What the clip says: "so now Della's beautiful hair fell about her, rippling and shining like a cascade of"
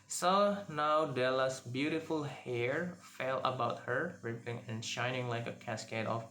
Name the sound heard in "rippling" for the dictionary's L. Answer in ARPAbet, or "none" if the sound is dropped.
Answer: none